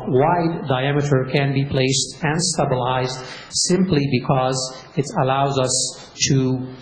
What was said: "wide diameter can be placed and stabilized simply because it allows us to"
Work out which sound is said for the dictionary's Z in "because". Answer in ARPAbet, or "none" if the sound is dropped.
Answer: Z